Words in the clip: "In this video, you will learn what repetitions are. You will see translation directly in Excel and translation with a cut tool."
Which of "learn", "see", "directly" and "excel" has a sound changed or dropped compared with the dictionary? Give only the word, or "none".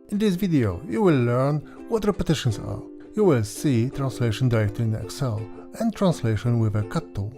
directly